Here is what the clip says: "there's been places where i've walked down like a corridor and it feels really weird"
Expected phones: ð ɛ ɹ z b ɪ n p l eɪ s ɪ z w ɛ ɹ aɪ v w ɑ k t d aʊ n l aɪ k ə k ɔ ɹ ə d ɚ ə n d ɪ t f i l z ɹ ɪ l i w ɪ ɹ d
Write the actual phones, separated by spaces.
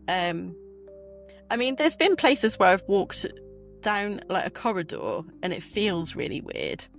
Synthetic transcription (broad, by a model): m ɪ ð z b ɪ n p l eɪ s ɪ z w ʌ ɹ aɪ v w ɑ k t d aʊ n l aɪ k ə k ɔ ɹ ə d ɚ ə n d ɪ t f i l z ɹ ɪ l i w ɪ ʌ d